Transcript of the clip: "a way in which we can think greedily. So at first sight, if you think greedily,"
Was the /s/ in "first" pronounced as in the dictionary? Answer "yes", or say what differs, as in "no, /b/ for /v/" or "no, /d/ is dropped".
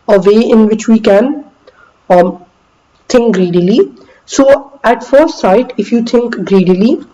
no, /s/ is dropped